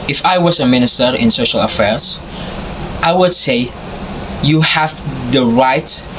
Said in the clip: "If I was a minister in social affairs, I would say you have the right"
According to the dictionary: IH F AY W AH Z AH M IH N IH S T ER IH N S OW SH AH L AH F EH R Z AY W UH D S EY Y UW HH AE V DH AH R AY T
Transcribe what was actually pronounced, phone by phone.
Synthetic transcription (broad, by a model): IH F AY W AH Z AH M IH N IH S T ER IH N S OW SH AH L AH F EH R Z AY W UH D S EY Y UW HH AE V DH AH R AY T